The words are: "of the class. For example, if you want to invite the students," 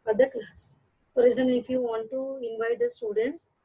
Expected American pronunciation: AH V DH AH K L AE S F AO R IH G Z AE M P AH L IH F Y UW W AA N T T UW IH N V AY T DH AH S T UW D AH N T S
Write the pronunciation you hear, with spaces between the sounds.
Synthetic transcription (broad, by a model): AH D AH K L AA S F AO R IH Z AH N IH F Y UW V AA N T T UW IH N V AY T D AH S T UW D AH N T S